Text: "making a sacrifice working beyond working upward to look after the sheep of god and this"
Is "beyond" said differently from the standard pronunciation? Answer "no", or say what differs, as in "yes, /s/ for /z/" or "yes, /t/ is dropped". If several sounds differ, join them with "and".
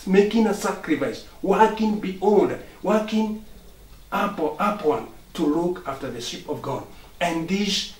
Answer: yes, /l/ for /n/